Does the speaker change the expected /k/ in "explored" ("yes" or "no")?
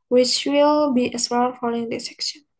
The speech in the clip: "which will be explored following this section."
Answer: yes